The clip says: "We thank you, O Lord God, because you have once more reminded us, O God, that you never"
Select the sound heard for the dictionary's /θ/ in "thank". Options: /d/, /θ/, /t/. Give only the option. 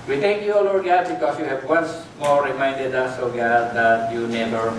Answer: /t/